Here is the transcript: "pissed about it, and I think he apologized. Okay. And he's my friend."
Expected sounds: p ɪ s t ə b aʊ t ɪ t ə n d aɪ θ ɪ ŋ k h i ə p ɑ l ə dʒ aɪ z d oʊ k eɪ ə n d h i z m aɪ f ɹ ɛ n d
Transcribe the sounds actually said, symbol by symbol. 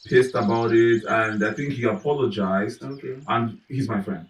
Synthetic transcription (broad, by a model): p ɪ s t ə b aʊ t ɪ t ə n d aɪ θ ɪ ŋ k h i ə p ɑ l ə dʒ aɪ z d oʊ k eɪ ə n h i z m aɪ f ɹ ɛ n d